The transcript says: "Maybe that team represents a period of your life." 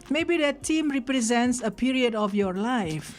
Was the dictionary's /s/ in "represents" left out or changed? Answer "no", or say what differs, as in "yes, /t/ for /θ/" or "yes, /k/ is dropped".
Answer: no